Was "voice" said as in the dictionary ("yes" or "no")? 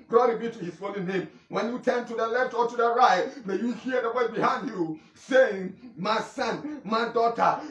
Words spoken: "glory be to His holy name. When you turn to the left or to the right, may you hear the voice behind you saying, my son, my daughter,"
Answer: no